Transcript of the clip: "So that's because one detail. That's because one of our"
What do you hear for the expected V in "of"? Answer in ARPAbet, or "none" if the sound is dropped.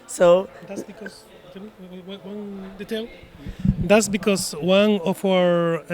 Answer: F